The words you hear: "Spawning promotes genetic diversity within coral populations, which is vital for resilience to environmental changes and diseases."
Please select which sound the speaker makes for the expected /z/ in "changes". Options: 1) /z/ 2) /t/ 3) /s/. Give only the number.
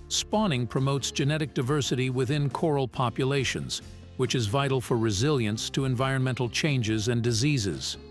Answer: 1